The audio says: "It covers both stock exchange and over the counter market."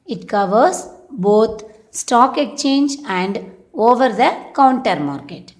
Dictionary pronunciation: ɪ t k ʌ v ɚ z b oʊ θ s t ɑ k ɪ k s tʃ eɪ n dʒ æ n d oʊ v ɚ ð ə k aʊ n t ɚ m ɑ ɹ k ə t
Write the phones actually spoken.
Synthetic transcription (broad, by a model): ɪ t k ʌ v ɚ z b oʊ t s t ɑ k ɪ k tʃ eɪ n dʒ æ n d oʊ v ɚ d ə k aʊ n t ɚ m ɑ ɹ k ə t